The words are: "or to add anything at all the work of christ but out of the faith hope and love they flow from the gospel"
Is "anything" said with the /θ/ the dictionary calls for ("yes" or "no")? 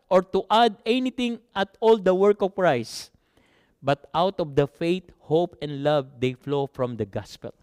no